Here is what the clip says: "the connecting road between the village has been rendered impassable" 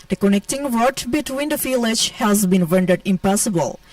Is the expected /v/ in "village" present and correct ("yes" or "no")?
no